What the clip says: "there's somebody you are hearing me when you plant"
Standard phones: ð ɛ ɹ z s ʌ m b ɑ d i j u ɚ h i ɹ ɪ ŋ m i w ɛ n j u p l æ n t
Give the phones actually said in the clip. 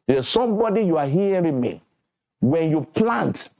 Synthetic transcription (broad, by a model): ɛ s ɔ m b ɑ d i j u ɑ h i w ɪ m i w ɛ n j u p l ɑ n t